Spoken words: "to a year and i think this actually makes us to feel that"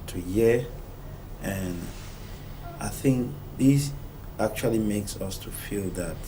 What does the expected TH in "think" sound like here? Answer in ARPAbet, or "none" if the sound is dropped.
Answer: TH